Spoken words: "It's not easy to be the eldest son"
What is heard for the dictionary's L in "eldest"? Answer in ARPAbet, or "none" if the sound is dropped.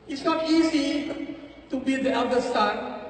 none